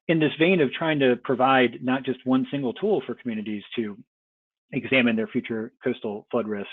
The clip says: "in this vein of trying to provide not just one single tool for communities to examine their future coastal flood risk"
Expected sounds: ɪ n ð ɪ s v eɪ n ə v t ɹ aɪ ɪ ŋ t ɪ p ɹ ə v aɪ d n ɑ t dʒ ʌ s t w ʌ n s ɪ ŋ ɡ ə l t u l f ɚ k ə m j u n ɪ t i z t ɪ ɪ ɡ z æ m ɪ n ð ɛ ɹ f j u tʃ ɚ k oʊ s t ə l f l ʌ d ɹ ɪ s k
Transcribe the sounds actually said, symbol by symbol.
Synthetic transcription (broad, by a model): ɪ n ð ɪ s v eɪ n ə v t ɹ aɪ ɪ ŋ t ɪ p ɹ ə v aɪ d n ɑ t dʒ ʌ s t w ʌ n s ɪ ŋ ɡ l t u l f ɚ k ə m j u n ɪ t i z t ɪ ɪ ɡ z æ m ɪ n ð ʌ ɹ f j u tʃ ɚ k oʊ s t l f l ʌ d ɹ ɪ s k